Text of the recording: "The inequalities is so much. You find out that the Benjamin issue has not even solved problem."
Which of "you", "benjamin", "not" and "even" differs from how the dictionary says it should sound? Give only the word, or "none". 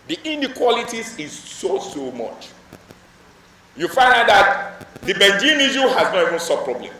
benjamin